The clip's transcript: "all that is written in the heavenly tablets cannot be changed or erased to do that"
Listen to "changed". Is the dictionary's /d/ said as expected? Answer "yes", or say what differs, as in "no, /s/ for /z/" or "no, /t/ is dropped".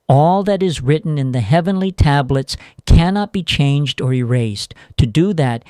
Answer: yes